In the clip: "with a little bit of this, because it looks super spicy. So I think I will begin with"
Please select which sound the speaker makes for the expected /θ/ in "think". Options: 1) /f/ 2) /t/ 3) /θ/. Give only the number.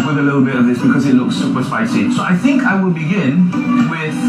3